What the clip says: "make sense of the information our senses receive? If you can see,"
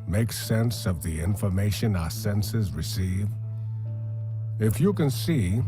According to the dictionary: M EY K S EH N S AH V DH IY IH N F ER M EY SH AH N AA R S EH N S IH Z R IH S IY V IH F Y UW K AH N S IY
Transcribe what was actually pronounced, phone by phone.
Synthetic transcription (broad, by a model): M EY K S EH N S AH V DH IY IH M F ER M EY SH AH N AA S EH N S IH Z R IH S IY V IH F Y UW K AH N S IY